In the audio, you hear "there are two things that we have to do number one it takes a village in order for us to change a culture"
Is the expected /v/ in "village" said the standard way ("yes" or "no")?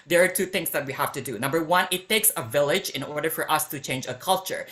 yes